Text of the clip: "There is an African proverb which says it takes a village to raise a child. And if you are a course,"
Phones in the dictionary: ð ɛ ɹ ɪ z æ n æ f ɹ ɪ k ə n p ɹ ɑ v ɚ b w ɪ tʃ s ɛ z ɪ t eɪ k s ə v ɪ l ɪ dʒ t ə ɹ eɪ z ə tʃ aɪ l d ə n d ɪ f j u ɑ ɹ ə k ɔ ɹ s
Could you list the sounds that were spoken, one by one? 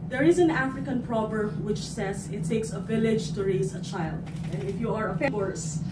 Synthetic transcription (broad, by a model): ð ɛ ɹ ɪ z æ n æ f ɹ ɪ k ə n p ɹ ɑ b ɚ w ɪ tʃ s ɛ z ɪ t eɪ k s ə v ɪ l ɪ dʒ t ə ɹ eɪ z ə tʃ aɪ l d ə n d ɪ f j u ɑ ɹ ə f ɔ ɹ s